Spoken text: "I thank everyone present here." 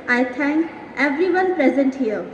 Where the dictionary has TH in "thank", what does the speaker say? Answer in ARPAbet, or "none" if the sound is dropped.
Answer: T